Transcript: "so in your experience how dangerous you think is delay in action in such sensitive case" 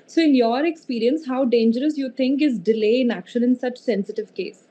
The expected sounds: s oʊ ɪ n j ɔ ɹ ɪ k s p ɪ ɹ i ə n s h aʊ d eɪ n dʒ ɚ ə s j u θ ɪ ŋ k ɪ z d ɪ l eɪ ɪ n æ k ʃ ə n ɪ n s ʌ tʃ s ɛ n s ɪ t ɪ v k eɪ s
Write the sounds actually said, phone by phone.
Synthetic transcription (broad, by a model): s oʊ ɪ n j ɔ ɹ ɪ k s p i ɹ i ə n s h aʊ d eɪ n dʒ ɚ ə s j u t ɪ ŋ k ɪ z d ɪ l eɪ ɪ n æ k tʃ ə l ɪ n s ʌ tʃ s ɛ n s ɪ t ɪ v k eɪ s